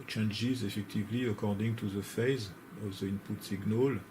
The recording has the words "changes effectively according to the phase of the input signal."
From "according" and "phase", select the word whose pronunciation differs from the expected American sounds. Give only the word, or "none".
none